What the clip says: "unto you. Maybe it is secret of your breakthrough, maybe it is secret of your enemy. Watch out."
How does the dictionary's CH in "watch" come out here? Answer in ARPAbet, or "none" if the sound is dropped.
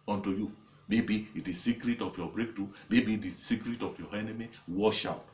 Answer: SH